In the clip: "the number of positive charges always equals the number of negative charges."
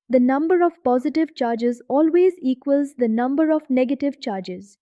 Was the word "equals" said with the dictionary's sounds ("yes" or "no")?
yes